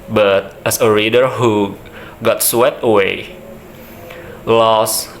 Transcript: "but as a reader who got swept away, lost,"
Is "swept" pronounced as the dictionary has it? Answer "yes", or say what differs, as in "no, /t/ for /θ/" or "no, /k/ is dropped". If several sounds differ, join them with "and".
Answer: no, /p/ is dropped